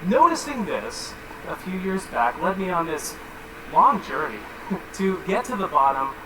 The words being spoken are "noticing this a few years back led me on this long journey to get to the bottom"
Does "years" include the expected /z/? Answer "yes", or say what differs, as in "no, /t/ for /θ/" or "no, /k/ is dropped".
yes